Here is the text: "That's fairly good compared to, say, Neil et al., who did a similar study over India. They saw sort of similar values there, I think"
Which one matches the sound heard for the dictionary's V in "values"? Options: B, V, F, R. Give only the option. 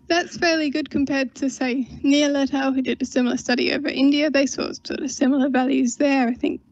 V